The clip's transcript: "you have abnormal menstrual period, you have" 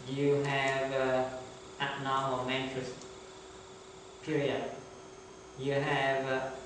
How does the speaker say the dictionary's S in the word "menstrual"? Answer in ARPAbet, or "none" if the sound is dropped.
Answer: none